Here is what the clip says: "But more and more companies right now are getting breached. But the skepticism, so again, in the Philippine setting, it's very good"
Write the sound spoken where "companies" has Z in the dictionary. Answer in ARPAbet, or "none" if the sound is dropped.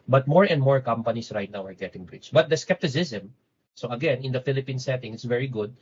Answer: S